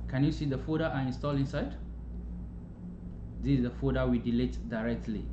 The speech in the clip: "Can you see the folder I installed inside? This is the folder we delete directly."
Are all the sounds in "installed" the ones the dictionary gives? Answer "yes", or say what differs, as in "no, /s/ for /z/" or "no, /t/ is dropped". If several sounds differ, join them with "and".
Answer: no, /d/ is dropped